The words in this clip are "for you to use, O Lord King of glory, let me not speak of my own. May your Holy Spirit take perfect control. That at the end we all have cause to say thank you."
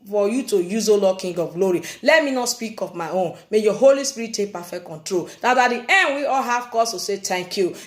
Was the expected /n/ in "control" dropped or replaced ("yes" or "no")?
no